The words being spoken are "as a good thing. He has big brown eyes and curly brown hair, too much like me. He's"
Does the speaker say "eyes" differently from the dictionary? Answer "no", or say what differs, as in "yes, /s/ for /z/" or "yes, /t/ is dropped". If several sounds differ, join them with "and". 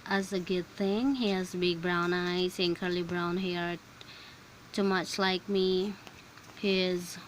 yes, /s/ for /z/